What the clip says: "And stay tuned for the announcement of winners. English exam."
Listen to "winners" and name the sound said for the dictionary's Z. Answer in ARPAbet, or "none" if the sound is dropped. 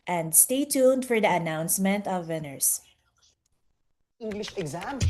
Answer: S